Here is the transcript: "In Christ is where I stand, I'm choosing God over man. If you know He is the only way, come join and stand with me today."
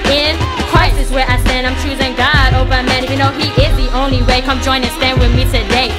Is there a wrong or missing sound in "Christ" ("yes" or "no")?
yes